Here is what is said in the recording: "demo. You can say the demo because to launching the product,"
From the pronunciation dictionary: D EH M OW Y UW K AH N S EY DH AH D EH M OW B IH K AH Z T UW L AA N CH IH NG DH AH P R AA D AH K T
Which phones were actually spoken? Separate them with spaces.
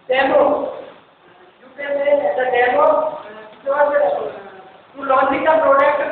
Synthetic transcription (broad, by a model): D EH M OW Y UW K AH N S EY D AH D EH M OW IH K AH T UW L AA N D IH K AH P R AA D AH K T